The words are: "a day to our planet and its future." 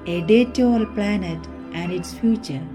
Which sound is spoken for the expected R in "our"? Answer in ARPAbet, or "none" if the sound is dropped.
L